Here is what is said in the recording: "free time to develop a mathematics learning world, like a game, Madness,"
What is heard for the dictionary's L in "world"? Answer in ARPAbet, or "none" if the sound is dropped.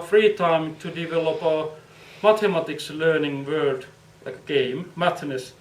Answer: none